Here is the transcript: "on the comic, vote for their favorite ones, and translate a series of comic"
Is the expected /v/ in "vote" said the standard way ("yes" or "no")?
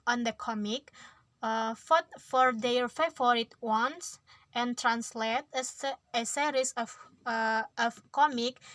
no